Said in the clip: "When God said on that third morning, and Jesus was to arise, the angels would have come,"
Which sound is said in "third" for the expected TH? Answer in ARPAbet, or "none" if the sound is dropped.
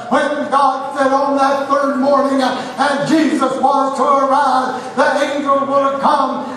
TH